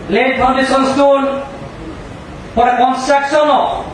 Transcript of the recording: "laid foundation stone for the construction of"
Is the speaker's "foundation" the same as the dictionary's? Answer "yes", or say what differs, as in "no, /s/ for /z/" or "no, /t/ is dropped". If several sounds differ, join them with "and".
no, /p/ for /f/